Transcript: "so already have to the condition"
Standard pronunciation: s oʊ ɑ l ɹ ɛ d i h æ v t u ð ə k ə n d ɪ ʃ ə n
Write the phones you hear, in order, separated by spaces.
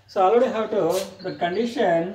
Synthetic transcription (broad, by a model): s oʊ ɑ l ɔ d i h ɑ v t u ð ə k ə n d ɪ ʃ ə n